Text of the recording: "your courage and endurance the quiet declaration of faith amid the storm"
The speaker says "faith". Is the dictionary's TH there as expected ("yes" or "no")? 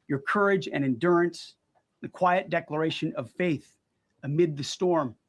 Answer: yes